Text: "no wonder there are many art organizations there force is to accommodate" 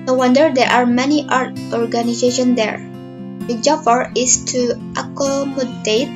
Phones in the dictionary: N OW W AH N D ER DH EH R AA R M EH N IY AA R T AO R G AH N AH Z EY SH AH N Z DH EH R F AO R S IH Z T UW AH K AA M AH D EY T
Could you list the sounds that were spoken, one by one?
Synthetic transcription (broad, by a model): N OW W AH N D ER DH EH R AA R M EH N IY AA R T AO R G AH N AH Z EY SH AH N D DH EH R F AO R IH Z T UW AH K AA M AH D EY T